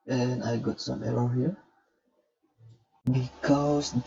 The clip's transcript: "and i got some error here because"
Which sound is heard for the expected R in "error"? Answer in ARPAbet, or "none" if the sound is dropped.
L